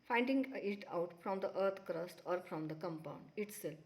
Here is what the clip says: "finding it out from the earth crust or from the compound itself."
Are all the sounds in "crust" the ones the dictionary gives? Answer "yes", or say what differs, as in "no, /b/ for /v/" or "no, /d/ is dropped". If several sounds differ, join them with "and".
yes